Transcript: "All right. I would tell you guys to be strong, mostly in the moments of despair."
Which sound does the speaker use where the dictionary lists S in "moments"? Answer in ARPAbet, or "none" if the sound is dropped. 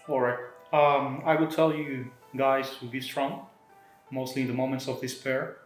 S